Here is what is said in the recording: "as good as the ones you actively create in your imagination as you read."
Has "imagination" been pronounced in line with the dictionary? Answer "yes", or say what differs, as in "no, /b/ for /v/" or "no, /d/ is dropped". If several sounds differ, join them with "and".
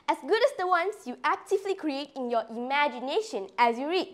yes